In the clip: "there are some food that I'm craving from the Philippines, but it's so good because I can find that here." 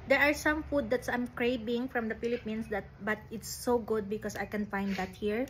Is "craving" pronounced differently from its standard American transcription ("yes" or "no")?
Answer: yes